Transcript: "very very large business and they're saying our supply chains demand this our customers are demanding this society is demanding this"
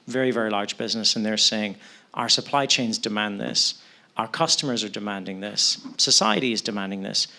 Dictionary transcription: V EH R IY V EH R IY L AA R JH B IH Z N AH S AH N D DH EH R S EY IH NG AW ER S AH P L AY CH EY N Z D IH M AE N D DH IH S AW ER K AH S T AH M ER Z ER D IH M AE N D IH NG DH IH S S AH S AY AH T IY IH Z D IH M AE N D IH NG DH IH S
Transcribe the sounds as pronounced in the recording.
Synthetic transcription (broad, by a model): V EH R IY V EH R IY L AA R JH B IH Z N AH S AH N DH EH R S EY IH NG AW ER S AH P L AY CH EY N Z D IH M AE N DH IH S AW ER K AH S T AH M ER Z ER D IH M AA N D IH NG DH IH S S AH S AY AH T IY IH Z D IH M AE N D IH NG DH IH S